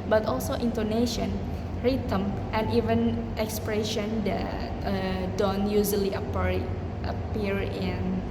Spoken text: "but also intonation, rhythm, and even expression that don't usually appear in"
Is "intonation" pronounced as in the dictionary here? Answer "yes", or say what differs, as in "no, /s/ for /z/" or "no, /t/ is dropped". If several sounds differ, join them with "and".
yes